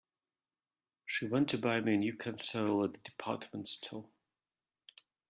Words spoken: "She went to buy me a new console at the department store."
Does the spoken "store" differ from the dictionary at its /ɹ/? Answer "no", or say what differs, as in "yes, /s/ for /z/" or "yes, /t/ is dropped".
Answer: yes, /l/ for /ɹ/